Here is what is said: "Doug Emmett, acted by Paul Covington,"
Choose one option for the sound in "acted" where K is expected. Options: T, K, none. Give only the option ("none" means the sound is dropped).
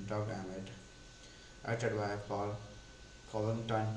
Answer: none